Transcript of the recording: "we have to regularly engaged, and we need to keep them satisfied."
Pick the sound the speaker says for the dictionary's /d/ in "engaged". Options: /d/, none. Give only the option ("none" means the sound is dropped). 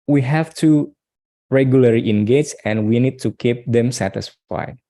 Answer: none